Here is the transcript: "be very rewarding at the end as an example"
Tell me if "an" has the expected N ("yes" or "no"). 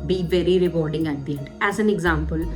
yes